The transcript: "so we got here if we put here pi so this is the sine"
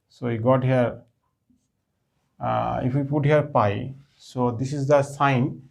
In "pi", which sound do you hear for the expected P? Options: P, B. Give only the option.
P